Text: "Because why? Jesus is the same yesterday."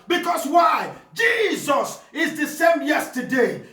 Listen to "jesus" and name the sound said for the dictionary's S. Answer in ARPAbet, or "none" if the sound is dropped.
S